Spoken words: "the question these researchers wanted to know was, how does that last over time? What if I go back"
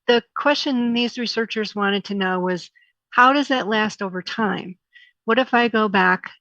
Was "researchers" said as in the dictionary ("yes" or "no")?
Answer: yes